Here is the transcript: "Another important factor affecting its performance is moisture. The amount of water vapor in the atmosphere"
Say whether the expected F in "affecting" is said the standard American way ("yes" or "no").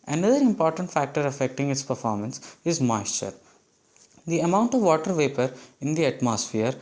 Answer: yes